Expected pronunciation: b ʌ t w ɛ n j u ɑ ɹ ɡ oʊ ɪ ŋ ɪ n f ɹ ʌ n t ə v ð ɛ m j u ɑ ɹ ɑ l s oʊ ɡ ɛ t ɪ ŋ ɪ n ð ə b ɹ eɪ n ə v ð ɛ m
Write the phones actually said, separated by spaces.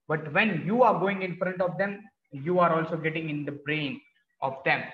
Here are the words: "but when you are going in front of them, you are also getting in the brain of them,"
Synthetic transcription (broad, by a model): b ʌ t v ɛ n j u ɑ ɹ ɡ oʊ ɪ ŋ ɪ n f ɹ ʌ n t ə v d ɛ m j u ɑ ɹ ɑ l s oʊ ɡ ɛ t ɪ ŋ ɪ n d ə b ɹ eɪ n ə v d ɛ m